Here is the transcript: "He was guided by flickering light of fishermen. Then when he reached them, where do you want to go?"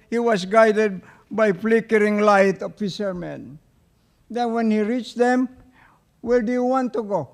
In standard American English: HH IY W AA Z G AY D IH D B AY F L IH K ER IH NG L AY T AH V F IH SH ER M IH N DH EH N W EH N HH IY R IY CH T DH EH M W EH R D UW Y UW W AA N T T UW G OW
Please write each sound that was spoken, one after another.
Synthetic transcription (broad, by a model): HH IY W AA S G AY D IH D B AY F L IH K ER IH NG L AY T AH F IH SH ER M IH N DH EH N W EH N HH IY R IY CH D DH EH M W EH L D UW Y UW W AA N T T UW G OW